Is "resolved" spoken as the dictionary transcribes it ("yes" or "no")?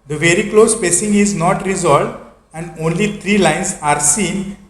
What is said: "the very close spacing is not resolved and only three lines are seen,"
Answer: yes